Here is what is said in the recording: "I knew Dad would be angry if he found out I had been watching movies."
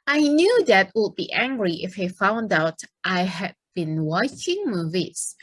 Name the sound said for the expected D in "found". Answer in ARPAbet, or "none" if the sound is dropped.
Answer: D